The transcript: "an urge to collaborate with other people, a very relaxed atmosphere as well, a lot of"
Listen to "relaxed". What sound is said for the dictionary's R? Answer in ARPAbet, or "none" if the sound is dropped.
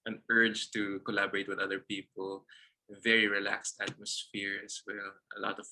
R